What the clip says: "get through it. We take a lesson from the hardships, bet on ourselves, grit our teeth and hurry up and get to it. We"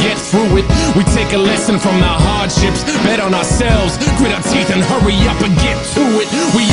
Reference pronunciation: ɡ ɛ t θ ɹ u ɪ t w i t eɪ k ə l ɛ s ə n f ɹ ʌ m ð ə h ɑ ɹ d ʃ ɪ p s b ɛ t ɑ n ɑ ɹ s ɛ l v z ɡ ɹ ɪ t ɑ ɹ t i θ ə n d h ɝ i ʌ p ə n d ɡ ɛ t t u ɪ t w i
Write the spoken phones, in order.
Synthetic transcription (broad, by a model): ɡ ɛ t θ ɹ u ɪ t w i t eɪ k ə l ɛ s ə n f ɹ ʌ m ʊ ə h ɑ ɹ d ʃ ɪ p s b ɛ t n ɑ ɹ s ɛ l v z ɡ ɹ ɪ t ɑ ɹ t i θ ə n h ɝ i ʌ p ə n ɡ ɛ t t u ɪ t w i